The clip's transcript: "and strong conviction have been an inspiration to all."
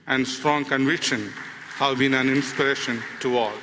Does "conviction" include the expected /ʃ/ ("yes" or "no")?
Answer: yes